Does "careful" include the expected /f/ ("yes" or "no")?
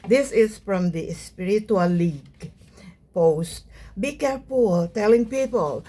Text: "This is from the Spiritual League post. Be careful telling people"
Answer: no